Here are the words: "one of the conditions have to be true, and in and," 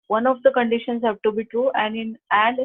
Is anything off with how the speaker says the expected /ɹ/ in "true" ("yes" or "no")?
no